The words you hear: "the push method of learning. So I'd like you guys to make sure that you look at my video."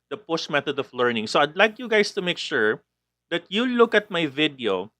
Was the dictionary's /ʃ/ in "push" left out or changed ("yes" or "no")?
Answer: yes